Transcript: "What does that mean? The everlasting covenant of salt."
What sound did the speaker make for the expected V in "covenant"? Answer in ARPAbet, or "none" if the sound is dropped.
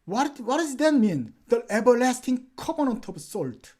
P